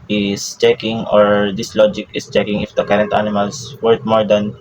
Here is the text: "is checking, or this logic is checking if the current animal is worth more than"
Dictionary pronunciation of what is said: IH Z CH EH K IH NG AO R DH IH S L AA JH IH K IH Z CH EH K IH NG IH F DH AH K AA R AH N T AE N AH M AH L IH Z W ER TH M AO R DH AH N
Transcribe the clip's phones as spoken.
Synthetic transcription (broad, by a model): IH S CH EH K IH NG AO R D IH S L AA JH IH K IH S CH EH K IH NG IH F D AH K AA R AH N T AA N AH M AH L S W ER T M AO R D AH N